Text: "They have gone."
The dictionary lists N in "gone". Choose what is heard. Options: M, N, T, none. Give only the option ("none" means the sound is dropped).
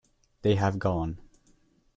N